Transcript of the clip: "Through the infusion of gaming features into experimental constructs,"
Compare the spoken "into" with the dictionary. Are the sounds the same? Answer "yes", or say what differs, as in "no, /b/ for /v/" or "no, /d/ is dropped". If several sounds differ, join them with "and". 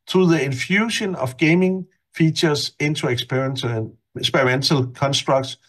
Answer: no, /s/ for /t/